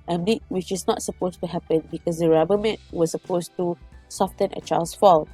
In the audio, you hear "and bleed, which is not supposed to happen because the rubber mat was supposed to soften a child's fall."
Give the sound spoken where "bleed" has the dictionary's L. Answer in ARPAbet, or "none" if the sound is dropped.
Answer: none